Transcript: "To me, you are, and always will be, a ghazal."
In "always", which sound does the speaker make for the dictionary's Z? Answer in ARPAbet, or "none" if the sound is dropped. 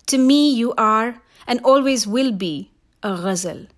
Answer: Z